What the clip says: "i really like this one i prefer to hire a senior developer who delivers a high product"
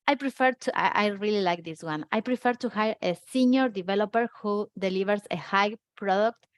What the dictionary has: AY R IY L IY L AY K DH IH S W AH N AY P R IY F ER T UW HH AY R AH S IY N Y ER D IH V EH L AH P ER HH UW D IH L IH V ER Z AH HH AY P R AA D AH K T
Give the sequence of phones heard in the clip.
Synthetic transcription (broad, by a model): AY R IY L IY L AY K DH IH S W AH N AY P R IY F ER T UW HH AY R AH S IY N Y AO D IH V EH L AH P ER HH UW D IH L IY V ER S AH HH AY P R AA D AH K T